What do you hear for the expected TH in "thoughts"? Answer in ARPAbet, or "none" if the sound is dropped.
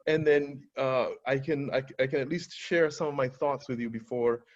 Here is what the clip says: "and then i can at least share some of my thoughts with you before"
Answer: TH